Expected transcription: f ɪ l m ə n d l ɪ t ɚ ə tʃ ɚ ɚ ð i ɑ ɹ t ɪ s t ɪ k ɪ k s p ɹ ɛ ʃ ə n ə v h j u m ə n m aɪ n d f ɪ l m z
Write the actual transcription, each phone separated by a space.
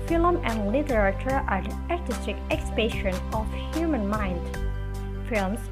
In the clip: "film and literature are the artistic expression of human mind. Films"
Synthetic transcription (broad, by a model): f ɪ l m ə n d l ɪ t ɚ ə tʃ ɚ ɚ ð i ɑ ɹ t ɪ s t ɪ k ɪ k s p ɛ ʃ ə n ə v h j u m ə n m aɪ n d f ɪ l m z